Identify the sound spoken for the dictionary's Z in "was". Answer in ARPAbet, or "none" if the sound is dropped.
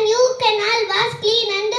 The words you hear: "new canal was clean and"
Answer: S